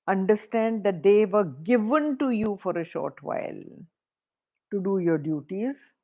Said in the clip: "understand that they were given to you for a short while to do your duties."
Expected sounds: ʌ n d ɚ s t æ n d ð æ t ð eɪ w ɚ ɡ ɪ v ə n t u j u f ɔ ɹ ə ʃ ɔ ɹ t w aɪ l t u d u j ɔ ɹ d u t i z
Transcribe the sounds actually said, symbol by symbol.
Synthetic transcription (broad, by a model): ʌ n d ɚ s t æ n d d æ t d eɪ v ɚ ɡ ɪ v ə n t u j u f ɔ ɹ ə ʃ ɔ ɹ t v aɪ l t u d u j ɔ ɹ d u t i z